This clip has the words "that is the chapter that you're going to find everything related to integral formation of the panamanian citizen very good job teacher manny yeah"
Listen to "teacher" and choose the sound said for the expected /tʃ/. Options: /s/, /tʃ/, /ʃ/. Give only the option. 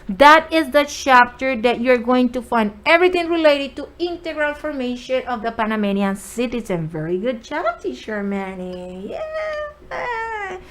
/ʃ/